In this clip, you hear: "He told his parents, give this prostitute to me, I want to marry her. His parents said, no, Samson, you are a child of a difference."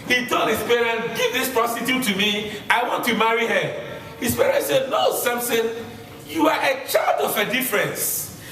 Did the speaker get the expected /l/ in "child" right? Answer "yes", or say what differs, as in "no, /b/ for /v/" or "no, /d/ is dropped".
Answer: yes